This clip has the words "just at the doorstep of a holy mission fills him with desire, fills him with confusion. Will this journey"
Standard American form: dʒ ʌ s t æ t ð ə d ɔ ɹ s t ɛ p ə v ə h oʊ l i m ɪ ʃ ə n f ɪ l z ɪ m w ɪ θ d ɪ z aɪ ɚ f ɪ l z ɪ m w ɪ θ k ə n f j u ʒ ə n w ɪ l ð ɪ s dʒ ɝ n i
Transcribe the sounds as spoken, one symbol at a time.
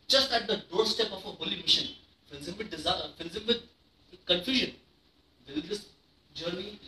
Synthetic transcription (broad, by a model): dʒ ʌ s t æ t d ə d ɔ ɹ s t ɛ p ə f ə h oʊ l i m ɪ ʃ ə n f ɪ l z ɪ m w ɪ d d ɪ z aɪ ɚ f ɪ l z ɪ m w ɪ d k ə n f j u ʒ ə n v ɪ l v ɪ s dʒ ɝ n i